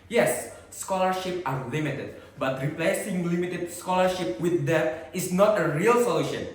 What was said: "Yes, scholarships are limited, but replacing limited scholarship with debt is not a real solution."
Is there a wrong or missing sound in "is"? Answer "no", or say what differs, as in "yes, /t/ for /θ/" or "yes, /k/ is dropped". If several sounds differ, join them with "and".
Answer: yes, /s/ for /z/